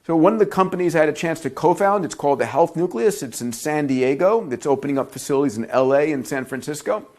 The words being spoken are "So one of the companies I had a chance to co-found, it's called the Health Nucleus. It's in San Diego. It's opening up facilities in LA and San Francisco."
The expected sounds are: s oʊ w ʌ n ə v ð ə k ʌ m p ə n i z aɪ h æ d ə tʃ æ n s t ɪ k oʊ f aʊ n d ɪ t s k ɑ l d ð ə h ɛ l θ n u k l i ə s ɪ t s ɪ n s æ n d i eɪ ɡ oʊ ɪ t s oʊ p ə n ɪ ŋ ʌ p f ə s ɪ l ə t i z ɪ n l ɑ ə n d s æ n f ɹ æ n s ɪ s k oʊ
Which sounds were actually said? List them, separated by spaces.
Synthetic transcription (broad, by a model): s oʊ w ʌ n ə v ð ə k ʌ m p ə n i z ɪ d ə tʃ æ n s t ɪ k oʊ f aʊ n d ɪ t s k ɑ l d ð ə h ɛ l θ n u k l i ə s ɪ t s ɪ n s æ n d i eɪ ɡ oʊ ɪ t s oʊ p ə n ɪ ŋ ʌ p f ə s ɪ l ə t i z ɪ n l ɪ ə n s æ n f ɹ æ n s ɪ s k oʊ